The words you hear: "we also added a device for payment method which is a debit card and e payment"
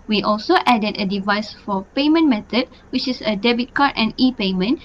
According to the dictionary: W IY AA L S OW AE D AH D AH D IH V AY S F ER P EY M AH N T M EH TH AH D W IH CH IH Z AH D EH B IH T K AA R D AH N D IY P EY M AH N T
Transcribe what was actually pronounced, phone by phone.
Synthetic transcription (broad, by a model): W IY AA L S OW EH D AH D AH D IH V AY S F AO P EY M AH N M EH T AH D W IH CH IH S AH D EH B IH T K AA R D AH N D IY P EY M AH N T